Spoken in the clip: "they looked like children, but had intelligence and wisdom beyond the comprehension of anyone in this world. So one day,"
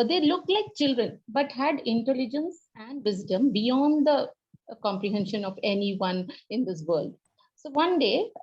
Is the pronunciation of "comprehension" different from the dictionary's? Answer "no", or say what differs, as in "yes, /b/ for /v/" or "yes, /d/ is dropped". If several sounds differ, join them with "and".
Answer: no